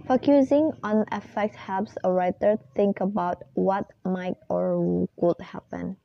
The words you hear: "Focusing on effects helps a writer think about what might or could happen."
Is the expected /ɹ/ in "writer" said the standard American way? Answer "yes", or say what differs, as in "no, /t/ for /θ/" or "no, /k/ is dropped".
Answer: yes